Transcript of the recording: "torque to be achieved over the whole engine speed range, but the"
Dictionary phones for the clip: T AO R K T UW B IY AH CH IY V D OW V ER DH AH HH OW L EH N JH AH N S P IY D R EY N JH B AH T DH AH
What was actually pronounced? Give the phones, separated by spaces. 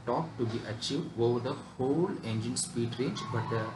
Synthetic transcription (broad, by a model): T AO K T UW B IY AH CH IY V D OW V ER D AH HH OW L EH N JH AH N S P IY D R EY N JH B AH T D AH